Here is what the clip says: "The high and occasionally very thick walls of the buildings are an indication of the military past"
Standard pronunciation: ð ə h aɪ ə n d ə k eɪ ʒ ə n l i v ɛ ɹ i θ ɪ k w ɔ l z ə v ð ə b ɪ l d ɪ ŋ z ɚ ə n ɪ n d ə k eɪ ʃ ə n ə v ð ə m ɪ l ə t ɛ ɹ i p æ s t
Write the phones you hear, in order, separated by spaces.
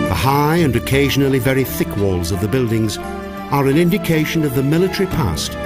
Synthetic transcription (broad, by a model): ð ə h aɪ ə n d ə k eɪ ʒ ə n l i v ɛ ɹ i θ ɪ k w ɔ l z ə v ð ə b ɪ l d ɪ ŋ z ɚ ə n ɪ n d ə k eɪ ʃ ə n ə v ð ə m ɪ l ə t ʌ ɹ i p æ s t